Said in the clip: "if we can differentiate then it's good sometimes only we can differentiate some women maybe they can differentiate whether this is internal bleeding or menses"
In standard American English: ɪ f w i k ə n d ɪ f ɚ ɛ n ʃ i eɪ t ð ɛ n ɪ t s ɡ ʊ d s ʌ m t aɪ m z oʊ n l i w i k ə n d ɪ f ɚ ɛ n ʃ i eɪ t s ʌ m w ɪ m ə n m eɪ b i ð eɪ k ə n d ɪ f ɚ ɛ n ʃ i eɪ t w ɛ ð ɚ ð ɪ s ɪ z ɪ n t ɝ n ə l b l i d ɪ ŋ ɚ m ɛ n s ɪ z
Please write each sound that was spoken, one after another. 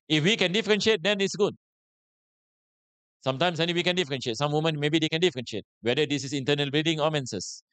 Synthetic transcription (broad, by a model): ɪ f w i k ə n d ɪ f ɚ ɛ n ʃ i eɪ t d ɛ n ɪ t s ɡ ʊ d s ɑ m t aɪ m s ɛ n i w i k ə n d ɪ f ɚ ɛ n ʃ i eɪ t s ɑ m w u m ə n m eɪ b i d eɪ k ə n d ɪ f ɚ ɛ n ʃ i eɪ t w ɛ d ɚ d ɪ s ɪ s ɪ n t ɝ n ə l b l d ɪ ŋ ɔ m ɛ n s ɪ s